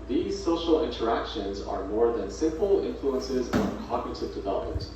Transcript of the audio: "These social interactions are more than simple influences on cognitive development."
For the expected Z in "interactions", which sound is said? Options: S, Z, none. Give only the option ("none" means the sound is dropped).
Z